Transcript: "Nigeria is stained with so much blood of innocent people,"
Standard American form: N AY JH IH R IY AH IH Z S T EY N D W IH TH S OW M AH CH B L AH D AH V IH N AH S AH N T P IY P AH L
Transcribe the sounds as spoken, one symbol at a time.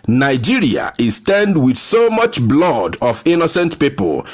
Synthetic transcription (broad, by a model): N AY JH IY R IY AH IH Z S T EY N D W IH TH S OW M AH CH B L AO D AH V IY N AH S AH N T P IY P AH L